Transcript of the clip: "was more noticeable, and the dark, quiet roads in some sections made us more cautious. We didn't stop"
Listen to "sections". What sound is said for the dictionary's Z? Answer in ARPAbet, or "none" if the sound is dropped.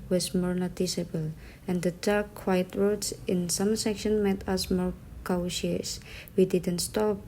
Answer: none